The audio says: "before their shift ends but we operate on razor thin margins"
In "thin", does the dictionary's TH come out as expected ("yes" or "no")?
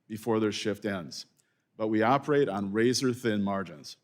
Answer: yes